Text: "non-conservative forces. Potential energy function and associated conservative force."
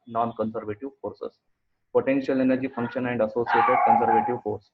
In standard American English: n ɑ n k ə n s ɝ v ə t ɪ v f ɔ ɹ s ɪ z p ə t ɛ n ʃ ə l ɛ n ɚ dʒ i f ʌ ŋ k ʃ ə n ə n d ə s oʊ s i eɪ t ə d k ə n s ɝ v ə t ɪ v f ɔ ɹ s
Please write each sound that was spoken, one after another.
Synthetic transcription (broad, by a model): n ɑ n k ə n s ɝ v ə t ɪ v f ɔ ɹ s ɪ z p ə t ɛ n ʃ ə l ɛ n ɚ dʒ i f ʌ ŋ k ʃ ə n ə n d ə s oʊ s i eɪ t ə d k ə n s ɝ v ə t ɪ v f ɔ ɹ s